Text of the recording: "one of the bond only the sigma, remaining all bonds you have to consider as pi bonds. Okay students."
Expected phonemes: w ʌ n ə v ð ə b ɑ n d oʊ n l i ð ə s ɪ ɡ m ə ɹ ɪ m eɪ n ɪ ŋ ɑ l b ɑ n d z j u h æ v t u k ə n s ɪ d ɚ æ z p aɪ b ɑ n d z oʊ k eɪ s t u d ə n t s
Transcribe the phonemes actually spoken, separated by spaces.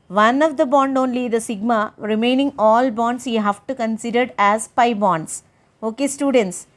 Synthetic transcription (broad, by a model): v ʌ n ə v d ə b ɑ n d oʊ n l i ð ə s ɪ ɡ m ə ɹ ɪ m eɪ n ɪ ŋ ɑ l b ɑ n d s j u h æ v t u k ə n s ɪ d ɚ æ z p aɪ b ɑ n d s oʊ k eɪ s t u d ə n t s